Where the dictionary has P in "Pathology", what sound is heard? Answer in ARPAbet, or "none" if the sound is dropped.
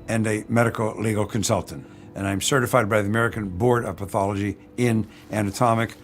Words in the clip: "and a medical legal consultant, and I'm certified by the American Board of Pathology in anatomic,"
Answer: P